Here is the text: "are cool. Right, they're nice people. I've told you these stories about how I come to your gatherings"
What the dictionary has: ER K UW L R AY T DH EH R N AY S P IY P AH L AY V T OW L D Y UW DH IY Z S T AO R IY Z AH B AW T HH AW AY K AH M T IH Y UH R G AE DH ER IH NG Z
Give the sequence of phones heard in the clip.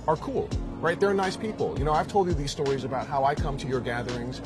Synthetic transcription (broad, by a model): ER K UW L R AY T DH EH R N AY S P IY P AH N AY V T OW L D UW DH IY Z S T AO R IY Z AH B AW T HH AW AY K AH M T IH Y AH R G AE DH ER IH NG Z